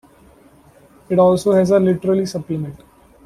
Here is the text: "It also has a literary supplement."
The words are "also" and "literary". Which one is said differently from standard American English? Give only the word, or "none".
literary